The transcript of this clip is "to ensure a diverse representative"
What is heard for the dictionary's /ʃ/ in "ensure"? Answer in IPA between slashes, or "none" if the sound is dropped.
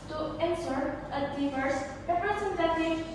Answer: /s/